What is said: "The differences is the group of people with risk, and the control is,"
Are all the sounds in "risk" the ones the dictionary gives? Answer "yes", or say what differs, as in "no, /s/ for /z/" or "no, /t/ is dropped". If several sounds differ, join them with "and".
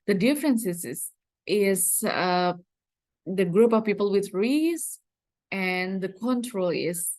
no, /k/ is dropped